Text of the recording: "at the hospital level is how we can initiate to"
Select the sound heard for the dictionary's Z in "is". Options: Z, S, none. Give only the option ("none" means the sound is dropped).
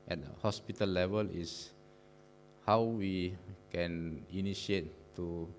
S